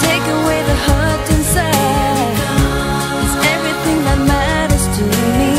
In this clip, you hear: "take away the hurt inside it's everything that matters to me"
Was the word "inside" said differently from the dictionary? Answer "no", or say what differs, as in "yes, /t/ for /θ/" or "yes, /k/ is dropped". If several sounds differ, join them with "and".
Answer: yes, /d/ is dropped